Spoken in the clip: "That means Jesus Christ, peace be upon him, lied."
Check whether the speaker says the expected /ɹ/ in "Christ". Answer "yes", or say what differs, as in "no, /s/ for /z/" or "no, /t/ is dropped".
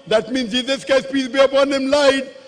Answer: no, /ɹ/ is dropped